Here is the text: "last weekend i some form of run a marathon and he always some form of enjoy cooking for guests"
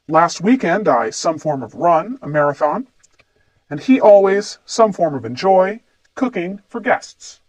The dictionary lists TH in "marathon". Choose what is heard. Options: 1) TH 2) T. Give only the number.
1